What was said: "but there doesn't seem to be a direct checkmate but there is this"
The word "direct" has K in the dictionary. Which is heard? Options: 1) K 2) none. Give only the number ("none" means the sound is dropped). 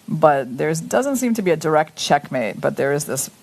1